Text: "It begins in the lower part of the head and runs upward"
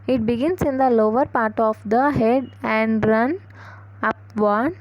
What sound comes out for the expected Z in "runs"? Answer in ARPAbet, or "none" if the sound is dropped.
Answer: none